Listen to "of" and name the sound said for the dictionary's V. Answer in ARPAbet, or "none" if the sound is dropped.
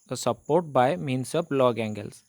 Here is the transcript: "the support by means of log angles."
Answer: P